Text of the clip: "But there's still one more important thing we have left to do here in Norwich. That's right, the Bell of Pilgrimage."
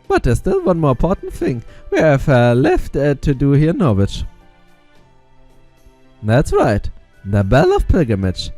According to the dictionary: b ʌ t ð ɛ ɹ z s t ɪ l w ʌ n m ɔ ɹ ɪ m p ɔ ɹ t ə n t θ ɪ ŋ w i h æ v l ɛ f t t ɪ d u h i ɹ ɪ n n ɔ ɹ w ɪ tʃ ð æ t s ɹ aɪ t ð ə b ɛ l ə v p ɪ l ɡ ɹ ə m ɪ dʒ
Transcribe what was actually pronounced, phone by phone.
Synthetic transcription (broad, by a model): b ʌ t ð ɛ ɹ s t ɪ l w ʌ n m ɔ ɹ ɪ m p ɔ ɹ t n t θ ɪ ŋ w i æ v l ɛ f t t ɪ d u h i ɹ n n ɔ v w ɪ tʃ ð æ t s ɹ aɪ t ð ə b ɛ l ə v p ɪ l ɡ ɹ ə m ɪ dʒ